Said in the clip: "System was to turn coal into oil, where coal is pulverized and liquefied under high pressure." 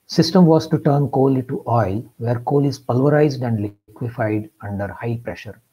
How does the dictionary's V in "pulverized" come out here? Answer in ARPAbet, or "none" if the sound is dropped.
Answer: V